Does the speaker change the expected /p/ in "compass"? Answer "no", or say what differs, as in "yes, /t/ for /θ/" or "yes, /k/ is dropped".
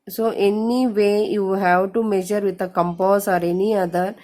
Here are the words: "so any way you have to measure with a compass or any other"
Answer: no